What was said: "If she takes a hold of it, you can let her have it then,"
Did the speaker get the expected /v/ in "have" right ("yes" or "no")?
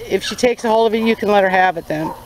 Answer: yes